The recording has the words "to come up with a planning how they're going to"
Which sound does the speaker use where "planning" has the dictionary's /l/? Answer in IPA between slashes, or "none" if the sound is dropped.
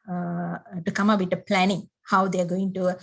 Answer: /l/